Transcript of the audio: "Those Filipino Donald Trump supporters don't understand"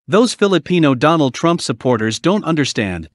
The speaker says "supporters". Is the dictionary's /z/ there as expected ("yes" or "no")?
yes